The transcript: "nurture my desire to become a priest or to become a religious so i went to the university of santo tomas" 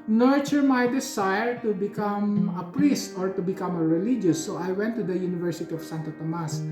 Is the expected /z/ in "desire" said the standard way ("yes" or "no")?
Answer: no